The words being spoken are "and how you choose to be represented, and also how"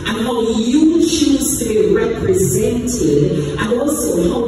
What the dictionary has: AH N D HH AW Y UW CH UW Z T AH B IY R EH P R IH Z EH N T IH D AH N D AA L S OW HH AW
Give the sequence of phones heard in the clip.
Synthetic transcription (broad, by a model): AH N HH AW Y UW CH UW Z T AH B IY R EH P R IH Z EH N T IH D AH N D AA L S OW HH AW